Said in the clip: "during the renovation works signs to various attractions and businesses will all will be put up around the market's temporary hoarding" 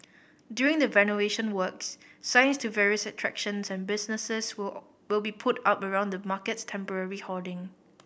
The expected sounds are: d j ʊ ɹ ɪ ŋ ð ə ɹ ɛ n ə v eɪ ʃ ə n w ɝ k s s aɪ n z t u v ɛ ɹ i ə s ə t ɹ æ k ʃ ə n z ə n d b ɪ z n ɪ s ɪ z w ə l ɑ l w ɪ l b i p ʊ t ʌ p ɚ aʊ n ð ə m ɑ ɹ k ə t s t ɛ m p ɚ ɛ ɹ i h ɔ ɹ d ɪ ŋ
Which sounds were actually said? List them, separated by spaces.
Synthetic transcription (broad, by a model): d j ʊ ɹ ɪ ŋ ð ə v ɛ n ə eɪ ʃ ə n w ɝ k s s aɪ n s t u v ɛ ɹ i ə s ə t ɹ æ k ʃ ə n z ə n b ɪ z n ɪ s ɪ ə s w ɪ l b i p ʊ t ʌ p ɚ aʊ n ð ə m ɑ k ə t s t ɛ m p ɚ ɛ ɹ i h ɔ d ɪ ŋ